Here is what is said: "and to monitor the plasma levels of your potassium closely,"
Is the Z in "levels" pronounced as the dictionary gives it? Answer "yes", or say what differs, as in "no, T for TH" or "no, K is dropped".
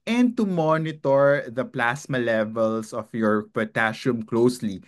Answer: no, S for Z